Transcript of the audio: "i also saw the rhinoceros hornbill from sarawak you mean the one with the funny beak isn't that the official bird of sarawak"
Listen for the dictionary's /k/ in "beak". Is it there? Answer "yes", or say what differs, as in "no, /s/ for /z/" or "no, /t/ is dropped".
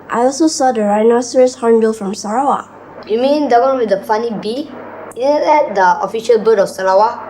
no, /k/ is dropped